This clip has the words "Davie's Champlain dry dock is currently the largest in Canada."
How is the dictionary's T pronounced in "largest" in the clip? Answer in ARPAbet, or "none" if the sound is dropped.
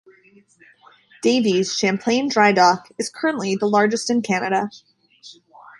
T